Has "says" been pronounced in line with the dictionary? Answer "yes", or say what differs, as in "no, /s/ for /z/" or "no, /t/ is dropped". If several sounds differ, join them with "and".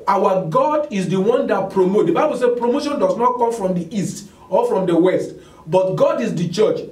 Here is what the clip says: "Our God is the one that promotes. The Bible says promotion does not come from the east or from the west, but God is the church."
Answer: no, /z/ is dropped